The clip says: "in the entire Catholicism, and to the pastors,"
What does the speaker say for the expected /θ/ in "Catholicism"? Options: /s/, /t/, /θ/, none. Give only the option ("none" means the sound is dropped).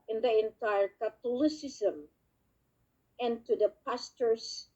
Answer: /t/